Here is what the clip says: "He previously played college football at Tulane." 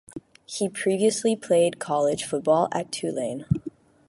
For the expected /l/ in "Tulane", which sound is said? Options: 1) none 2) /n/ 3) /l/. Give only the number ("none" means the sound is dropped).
3